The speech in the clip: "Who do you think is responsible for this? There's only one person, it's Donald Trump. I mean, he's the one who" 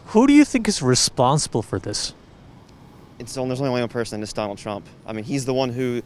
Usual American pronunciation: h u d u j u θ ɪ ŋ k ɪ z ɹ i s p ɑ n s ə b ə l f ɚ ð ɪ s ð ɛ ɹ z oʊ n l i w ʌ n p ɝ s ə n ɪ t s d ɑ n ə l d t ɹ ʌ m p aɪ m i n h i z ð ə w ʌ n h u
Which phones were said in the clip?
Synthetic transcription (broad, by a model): h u d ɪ j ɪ θ ɪ ŋ k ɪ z ɹ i s p ɑ n s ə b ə l f ɚ ð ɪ s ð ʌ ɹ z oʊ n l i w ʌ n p ɝ s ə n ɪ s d ɑ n l d t ɹ ʌ m p aɪ m i n i z ð ə w ʌ n h u